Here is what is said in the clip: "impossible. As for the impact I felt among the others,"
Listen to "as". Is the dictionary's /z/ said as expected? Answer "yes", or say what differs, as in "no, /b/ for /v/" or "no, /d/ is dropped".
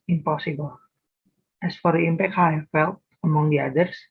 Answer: no, /s/ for /z/